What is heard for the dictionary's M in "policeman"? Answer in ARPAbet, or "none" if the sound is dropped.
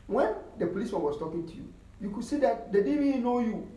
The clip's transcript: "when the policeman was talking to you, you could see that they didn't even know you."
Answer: none